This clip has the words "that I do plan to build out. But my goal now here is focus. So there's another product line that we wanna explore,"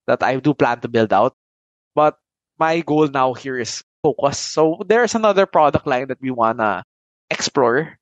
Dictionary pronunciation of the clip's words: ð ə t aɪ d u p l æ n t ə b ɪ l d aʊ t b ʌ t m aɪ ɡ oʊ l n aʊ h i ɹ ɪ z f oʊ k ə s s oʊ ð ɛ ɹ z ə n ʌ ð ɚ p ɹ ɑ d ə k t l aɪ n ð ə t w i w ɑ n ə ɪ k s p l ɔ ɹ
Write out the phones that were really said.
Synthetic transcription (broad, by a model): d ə t aɪ d u p l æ n t ə b ɪ l d aʊ t b ʌ t m aɪ ɡ oʊ l n aʊ h i ɹ ɪ s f oʊ k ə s s oʊ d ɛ ɹ s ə n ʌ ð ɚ p ɹ ɑ d ə k t l aɪ n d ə t w i w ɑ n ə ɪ k s p l ɔ ɹ